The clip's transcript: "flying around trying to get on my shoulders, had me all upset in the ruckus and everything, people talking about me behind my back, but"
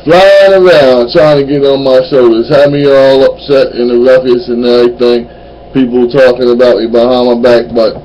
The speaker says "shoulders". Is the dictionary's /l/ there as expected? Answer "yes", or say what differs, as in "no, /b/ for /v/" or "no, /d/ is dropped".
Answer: yes